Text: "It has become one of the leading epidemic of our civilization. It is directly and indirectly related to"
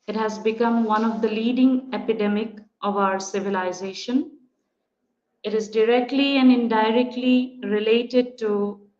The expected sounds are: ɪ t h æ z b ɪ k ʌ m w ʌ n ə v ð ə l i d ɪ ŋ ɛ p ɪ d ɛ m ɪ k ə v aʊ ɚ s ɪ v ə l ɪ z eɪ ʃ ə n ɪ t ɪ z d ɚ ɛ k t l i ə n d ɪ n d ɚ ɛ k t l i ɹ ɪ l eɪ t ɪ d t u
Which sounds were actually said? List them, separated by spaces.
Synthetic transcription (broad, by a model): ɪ t h æ z b ɪ k ʌ m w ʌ n ə v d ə l i d ɪ ŋ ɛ p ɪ d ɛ m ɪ k ə v aʊ ɚ s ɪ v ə l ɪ z eɪ ʃ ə n ɪ t ɪ z d ɚ ɛ k t l i ə n d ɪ n d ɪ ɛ k t l i ɹ ɪ l eɪ t ɪ d t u